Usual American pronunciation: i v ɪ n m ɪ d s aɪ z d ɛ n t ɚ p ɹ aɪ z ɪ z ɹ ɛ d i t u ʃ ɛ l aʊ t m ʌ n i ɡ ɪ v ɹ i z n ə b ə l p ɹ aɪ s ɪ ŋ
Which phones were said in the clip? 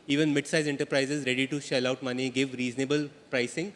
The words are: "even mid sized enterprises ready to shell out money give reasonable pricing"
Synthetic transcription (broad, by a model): i v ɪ n m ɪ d s aɪ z ɛ n t ɚ p ɹ aɪ z ɪ z ɹ ɛ d i t u ʃ ɛ l aʊ t m ʌ n i ɡ ɪ v ɹ i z n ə b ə l p ɹ aɪ s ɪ ŋ